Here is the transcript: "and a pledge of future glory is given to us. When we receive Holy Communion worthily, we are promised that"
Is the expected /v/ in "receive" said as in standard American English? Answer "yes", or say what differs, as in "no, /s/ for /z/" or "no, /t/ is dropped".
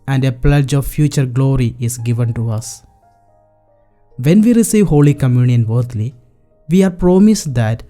yes